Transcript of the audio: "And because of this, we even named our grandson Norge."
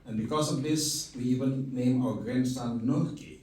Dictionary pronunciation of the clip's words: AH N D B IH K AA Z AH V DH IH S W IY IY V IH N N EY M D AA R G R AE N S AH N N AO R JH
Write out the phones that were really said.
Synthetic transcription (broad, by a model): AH N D B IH K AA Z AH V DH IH S W IY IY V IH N N EY M AA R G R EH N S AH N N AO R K